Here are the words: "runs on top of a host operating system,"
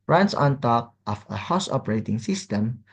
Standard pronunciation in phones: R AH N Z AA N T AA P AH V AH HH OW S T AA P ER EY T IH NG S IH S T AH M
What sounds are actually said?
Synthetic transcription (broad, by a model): R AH N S AA N T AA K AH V AH HH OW S AA P ER EY T IH NG S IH S T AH M